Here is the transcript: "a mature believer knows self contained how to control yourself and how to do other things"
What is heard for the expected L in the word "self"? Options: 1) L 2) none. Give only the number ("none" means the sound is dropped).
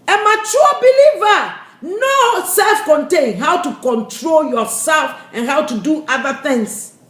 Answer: 1